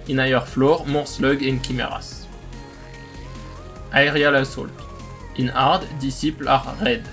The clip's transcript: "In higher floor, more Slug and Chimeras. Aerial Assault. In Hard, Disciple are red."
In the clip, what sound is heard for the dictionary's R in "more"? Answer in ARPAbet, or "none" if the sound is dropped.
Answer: R